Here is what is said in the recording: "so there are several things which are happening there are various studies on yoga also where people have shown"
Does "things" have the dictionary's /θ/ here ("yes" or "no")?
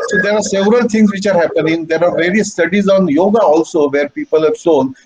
no